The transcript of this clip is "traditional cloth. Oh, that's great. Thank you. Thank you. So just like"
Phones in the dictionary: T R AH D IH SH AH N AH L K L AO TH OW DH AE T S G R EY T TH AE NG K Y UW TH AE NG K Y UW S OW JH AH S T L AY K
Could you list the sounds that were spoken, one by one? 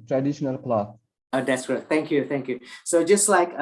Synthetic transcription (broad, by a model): T R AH D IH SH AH N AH L K L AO S OW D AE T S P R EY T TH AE NG K Y UW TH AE NG K Y UW S OW JH AH S T L AY K